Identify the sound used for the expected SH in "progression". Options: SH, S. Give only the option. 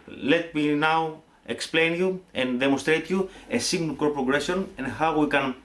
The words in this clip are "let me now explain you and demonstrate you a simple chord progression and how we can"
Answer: S